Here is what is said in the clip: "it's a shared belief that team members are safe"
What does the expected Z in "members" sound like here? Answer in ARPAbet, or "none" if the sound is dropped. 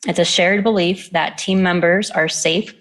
Z